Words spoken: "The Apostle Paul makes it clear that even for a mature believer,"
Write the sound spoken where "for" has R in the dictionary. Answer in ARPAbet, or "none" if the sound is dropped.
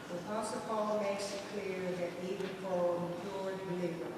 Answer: L